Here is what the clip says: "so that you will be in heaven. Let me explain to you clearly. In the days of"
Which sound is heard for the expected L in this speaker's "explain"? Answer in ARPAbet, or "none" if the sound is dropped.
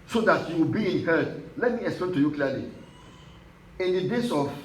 L